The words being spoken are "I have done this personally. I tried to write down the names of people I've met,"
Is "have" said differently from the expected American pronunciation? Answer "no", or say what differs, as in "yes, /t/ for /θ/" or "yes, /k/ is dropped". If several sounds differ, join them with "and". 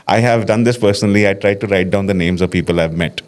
no